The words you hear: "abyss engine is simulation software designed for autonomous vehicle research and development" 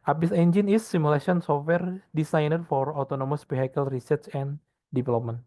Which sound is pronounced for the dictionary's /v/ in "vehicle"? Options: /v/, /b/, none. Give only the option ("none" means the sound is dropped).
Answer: /b/